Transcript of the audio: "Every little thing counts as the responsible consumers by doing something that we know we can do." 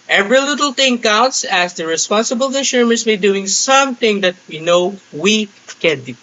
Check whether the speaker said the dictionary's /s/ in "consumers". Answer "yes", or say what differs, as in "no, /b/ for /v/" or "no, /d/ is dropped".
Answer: no, /ʃ/ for /s/